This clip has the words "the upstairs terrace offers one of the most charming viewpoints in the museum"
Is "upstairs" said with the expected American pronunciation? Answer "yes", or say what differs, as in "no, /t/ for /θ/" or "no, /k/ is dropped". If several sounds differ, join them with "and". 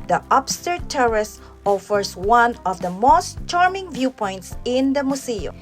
no, /z/ is dropped